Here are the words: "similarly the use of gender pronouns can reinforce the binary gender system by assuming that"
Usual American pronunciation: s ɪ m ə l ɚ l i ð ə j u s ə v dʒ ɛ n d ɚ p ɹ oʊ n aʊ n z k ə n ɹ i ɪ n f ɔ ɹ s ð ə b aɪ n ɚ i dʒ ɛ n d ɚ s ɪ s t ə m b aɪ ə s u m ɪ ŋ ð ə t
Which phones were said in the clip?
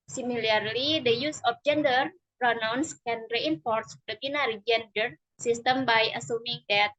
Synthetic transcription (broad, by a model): s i m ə l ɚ l i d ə j u s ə f dʒ ɛ n d ɚ p ɹ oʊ n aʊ n s k ə n ɹ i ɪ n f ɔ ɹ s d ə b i n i dʒ ɛ n d ɚ s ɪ s t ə m b aɪ ə s u m ɪ ŋ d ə t